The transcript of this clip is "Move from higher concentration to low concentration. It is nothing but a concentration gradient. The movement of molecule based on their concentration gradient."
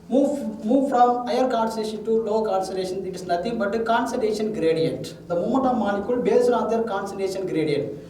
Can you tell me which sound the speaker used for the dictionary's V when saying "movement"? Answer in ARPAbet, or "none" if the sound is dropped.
none